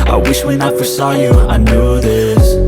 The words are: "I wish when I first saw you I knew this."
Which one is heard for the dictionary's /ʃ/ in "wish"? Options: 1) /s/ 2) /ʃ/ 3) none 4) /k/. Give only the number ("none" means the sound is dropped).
2